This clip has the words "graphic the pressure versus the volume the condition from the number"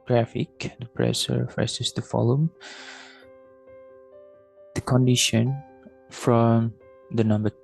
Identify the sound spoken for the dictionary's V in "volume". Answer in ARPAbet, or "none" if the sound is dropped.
F